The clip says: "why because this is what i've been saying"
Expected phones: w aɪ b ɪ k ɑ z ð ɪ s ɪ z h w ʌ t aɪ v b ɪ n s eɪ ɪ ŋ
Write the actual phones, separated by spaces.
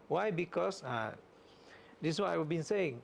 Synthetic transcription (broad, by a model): w aɪ b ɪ k ɑ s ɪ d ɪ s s w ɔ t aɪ w b ɪ n s eɪ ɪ ŋ